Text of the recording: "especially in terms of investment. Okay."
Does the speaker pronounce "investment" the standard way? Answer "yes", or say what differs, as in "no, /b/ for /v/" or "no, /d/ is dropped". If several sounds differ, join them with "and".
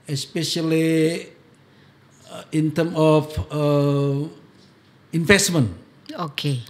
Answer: no, /t/ is dropped